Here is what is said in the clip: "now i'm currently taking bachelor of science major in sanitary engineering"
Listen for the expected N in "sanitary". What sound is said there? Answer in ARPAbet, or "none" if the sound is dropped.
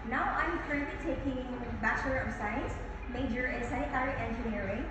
none